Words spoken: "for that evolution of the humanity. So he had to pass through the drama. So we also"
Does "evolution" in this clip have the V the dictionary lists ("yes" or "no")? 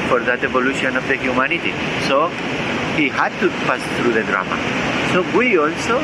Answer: no